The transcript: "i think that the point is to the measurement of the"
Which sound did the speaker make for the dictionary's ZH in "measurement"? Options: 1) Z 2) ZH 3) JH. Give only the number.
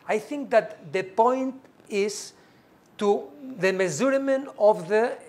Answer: 1